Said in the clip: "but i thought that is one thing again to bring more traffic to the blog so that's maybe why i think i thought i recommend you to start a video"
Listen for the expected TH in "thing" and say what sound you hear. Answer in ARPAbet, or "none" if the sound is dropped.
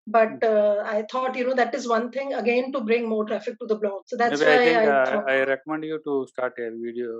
T